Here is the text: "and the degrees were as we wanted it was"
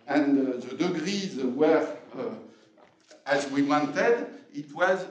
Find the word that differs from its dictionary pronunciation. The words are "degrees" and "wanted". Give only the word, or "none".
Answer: none